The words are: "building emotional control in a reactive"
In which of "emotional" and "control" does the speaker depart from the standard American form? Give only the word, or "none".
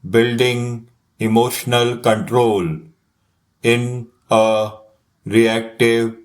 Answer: none